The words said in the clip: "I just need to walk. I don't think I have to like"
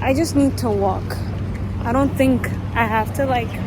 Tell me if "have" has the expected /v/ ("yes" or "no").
no